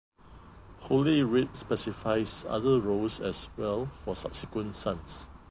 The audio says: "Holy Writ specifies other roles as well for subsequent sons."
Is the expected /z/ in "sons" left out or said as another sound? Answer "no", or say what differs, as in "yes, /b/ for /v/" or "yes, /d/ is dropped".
yes, /s/ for /z/